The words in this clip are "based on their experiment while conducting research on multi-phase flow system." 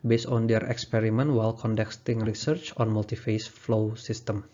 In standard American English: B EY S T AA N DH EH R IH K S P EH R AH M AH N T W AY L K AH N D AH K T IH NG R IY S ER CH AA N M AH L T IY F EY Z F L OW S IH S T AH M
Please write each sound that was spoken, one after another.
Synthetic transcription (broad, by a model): B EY S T AA N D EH R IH K S P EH R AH M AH N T W AY L K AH N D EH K T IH NG R IY S ER CH AA N M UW L T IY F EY S F L OW S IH S T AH M